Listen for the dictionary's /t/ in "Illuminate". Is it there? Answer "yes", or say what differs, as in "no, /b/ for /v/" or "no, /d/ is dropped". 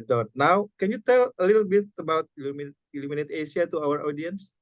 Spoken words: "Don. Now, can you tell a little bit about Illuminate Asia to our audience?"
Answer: yes